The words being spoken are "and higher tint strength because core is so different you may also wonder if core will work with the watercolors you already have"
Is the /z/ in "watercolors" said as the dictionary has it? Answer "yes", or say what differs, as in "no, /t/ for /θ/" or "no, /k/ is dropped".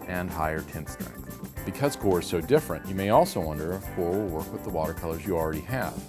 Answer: yes